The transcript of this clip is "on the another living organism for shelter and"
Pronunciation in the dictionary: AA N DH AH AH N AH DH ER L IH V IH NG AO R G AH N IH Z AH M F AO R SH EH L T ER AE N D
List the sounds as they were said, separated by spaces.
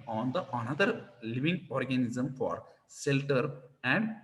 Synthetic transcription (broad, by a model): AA N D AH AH N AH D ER L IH V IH NG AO R G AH N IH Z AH M F AO R S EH L T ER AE N D